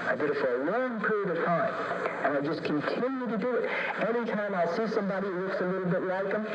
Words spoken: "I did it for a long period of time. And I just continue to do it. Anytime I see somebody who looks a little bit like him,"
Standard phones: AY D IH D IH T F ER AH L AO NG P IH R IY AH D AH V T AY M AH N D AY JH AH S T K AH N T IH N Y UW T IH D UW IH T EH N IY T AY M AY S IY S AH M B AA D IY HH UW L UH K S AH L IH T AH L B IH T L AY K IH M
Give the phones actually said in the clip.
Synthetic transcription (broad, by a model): AY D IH D IH T F ER AH L AO NG P IH R IY AH D AH V T AY M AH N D AY JH AH S K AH N T IH N Y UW T IH D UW IH T EH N IY T AY M AY S IY S AH M B AA D IY L UH K S AH L IH T L B IH T L AY K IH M